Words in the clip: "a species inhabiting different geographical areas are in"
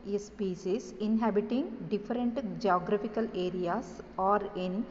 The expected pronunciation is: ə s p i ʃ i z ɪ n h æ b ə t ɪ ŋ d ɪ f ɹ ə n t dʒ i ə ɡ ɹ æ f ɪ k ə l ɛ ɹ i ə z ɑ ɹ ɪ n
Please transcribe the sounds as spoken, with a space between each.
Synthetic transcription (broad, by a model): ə s p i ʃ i s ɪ n h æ b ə t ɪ ŋ d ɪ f ɹ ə n t dʒ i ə ɡ ɹ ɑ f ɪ k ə l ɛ ɹ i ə s ɑ ɹ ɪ n